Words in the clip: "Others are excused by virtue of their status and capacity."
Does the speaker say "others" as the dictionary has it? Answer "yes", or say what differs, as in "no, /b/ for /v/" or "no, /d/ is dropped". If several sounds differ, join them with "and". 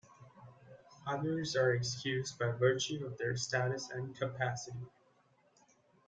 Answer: yes